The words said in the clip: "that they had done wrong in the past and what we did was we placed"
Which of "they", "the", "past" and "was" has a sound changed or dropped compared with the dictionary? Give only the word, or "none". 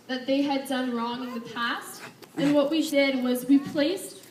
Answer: none